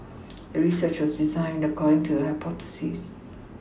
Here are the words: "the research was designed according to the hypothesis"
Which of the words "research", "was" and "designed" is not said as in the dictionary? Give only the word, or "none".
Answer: none